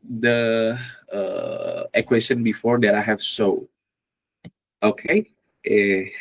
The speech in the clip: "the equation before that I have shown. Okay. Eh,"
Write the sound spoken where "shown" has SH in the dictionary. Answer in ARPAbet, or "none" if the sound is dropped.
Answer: S